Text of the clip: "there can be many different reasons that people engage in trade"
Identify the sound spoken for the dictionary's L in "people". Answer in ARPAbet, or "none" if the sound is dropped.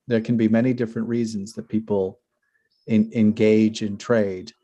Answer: N